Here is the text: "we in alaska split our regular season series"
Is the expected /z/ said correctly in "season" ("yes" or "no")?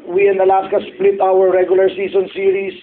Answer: no